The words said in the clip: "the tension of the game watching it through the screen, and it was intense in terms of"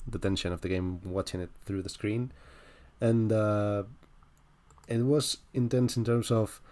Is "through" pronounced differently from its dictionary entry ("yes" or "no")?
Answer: no